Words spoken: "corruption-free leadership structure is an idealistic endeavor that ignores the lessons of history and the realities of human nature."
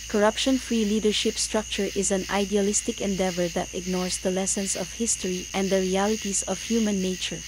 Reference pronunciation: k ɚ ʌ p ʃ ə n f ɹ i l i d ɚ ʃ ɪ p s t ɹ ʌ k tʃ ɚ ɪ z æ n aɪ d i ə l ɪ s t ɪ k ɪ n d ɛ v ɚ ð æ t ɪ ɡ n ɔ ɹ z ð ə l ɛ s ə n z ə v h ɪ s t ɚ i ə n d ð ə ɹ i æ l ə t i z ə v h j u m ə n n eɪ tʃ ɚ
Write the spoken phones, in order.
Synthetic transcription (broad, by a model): k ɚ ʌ p ʃ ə n f ɹ i l i d ɚ ʃ ɪ p s t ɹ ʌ k tʃ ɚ ɪ z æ n aɪ d i ə l ɪ s t ɪ k ɪ n d ɛ v ɚ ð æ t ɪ ɡ n ɔ ɹ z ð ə l ɛ s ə n s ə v h ɪ s t ɚ i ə n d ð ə ɹ i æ l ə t i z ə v h j u m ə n n eɪ tʃ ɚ